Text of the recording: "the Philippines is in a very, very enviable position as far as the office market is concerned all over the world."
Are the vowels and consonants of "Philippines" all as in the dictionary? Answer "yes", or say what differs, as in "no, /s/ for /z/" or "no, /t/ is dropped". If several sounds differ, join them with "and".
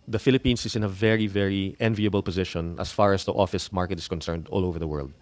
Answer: no, /s/ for /z/